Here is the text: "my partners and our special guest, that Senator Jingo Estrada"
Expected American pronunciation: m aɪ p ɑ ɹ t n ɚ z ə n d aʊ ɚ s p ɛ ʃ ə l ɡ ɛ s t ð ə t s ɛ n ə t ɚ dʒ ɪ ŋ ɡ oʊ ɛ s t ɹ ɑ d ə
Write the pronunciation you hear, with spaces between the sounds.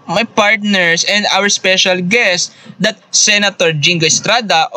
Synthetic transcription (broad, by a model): m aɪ p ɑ ɹ t n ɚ s ə n d aʊ ɚ s p ɛ ʃ ə l ɡ ɛ s t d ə t s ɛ n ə t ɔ dʒ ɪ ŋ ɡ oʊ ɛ s t ɹ ɑ d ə